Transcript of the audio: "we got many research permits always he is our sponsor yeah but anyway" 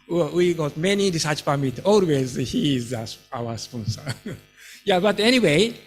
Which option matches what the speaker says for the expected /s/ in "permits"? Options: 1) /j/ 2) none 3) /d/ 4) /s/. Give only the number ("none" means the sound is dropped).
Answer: 2